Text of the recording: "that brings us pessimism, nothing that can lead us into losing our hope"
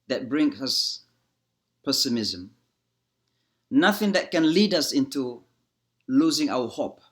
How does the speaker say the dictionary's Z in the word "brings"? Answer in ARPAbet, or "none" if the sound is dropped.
none